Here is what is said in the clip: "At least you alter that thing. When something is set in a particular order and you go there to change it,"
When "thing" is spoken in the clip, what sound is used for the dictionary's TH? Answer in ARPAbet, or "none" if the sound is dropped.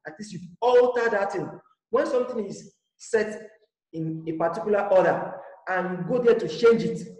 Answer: T